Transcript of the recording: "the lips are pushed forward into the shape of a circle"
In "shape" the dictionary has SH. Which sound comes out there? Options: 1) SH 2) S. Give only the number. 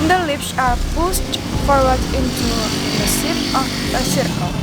2